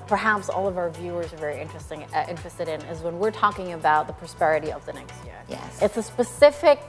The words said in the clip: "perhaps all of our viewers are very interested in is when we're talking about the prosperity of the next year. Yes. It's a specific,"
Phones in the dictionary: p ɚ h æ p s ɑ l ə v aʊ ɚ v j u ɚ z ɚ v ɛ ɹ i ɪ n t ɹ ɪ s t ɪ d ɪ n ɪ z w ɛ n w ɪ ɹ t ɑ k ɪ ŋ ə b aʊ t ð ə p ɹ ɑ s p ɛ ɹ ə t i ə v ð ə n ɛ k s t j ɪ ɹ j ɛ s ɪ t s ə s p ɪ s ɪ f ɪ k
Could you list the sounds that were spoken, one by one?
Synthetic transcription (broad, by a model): p ɚ h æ p s ɑ l ə v aʊ ɚ v j u ɚ z ɚ v ɛ ɹ i ɪ n t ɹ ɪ s t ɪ d ɪ n ɪ z w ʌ n w ɪ ɹ t ɑ k ɪ ŋ ə b aʊ t ð ə p ɹ ɑ s p ɛ ɹ ə t i ə v ð ə n ɛ k s t j ɪ ɹ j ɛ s ɪ t s ə s p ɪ s ɪ f ɪ k